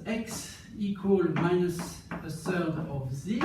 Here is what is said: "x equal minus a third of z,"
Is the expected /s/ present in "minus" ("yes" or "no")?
yes